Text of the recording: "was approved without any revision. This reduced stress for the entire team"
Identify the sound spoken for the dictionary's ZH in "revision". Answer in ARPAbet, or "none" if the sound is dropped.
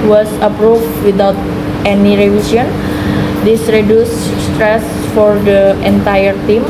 S